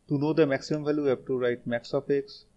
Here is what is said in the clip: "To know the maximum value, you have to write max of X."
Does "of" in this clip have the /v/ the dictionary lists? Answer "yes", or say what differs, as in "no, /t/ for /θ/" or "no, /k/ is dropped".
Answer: no, /p/ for /v/